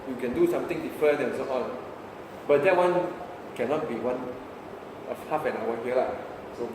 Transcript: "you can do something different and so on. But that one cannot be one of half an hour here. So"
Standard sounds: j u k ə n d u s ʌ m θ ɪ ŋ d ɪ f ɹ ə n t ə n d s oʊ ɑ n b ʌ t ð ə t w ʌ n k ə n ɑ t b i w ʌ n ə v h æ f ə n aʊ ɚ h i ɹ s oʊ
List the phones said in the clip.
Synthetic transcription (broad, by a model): j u k ə n d u s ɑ m t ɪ ŋ d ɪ f ɹ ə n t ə n s oʊ ɑ n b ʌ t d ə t w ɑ n k ə n ɑ t b i w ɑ n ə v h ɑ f ə n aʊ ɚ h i l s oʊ